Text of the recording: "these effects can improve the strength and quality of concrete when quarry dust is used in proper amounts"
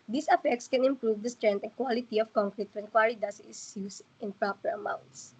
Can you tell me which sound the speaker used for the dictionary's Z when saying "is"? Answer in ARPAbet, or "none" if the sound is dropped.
S